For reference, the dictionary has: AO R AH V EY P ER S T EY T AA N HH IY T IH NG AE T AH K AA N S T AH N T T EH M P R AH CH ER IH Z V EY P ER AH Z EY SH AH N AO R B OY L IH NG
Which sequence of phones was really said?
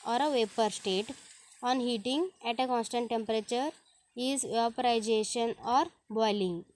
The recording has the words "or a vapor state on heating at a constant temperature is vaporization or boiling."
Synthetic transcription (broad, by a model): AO R AH V EY P ER S T EY T AA N HH IY T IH NG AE T AH K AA N S T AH N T T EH M P R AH CH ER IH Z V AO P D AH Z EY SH AH N AO R B OY L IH NG